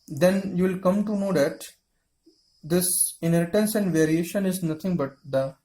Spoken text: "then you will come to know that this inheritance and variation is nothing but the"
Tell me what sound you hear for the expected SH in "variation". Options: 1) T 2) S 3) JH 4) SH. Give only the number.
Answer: 4